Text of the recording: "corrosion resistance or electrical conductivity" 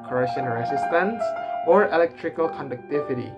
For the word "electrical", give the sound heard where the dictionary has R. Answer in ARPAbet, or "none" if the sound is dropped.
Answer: R